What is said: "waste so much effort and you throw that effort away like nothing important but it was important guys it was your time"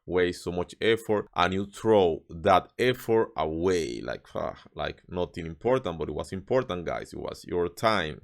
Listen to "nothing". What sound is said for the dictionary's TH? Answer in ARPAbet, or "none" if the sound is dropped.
T